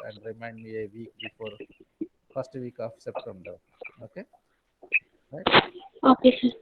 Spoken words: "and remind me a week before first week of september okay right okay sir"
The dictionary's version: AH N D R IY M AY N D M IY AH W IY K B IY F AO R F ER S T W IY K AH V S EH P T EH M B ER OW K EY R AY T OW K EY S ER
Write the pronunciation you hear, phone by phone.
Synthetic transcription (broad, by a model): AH N D R IY M AY N D M IY AH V IY K B IY F AO R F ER S T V IY K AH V S EH P T EH M B ER OW K EY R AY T OW K EY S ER